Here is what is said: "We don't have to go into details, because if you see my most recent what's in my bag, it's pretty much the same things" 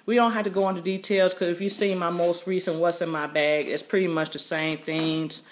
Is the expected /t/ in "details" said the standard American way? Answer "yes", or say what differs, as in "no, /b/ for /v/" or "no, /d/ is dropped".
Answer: yes